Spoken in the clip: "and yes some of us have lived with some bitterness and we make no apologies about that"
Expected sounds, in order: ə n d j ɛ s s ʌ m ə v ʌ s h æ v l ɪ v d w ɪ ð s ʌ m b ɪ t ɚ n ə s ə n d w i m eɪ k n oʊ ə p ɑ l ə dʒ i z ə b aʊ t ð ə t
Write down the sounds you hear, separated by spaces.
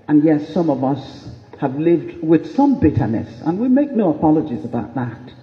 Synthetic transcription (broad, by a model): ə n j ɛ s s ʌ m ə v ʌ s h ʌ v l ɪ v d w ɪ ð s ʌ m b ɪ t ɚ n ə s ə n w i m eɪ k n oʊ ə p ɑ l ə dʒ i z ə b aʊ t ð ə t